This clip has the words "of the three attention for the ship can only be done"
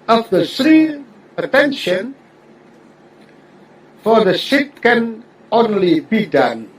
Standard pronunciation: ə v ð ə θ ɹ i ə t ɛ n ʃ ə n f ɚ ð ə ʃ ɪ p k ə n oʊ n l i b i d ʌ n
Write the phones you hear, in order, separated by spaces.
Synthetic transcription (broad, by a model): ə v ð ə s ɹ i ə t ɛ n ʃ ə n f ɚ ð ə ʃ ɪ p k ə n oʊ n l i b i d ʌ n